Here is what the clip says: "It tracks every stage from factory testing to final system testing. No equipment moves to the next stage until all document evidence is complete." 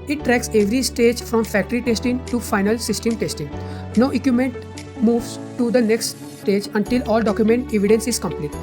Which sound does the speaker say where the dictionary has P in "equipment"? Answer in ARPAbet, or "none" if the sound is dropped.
none